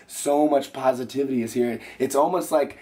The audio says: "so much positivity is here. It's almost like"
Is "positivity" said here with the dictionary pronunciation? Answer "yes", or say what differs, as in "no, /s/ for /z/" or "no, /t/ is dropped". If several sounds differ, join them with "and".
yes